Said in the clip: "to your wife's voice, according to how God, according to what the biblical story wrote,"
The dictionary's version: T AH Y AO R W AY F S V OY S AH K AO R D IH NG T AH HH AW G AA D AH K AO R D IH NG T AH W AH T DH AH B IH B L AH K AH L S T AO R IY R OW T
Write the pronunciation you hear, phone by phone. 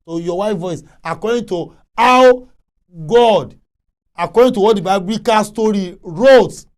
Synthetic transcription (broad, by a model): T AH Y AO W AY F V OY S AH K AO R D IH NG T AH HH AW G AA D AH K AO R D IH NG T AH W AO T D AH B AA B AH K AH S T AO R IY R OW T